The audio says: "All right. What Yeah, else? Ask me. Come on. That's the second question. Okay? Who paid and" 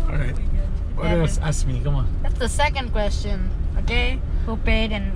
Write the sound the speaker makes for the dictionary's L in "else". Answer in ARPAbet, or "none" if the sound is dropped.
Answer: none